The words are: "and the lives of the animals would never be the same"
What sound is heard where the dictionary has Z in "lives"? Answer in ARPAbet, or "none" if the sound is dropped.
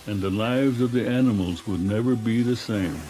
Z